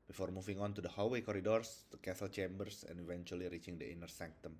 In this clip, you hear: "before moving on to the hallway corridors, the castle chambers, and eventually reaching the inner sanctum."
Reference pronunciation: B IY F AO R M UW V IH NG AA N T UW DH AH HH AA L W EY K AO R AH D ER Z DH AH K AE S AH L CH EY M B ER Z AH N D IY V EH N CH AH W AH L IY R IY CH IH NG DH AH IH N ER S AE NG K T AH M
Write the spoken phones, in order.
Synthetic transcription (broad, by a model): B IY F AO R M UW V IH NG AA N T UW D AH HH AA W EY K AO R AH D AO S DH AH K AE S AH L CH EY M B ER S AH N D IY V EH N CH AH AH L IY R IY CH IH NG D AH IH N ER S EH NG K T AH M